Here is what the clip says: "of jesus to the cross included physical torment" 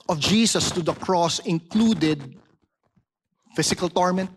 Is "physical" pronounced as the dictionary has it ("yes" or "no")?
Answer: no